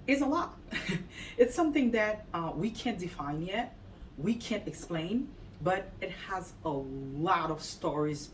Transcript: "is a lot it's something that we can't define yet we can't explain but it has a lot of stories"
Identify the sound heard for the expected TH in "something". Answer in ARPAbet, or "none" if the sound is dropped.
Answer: TH